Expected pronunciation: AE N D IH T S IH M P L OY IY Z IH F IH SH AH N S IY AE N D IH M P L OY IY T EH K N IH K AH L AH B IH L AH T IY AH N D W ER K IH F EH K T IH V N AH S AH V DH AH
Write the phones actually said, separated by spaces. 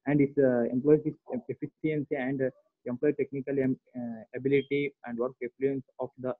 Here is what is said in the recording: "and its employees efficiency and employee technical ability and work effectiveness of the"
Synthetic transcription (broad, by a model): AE N D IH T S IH M P L OY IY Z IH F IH S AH N S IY AE N D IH M P L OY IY T EH K N IH K AH L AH B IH L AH T IY AH N D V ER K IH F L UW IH N S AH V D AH